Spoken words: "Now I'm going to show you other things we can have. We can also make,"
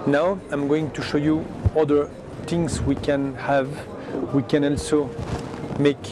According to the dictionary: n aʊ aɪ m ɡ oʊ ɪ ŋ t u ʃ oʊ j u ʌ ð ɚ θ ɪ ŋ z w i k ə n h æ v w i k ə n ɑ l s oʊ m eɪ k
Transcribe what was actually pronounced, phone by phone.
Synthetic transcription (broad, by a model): n aʊ aɪ m ɡ oʊ ɪ ŋ t u ʃ oʊ j u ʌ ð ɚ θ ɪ ŋ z w i k ə n h æ v w i k ə n ɑ l s oʊ m eɪ k